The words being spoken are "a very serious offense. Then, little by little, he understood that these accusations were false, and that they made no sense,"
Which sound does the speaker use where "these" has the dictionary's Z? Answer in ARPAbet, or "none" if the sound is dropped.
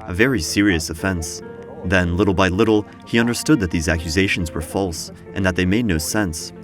Z